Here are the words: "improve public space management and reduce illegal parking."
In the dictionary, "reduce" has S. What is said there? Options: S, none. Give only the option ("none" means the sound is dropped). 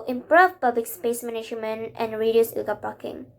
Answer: none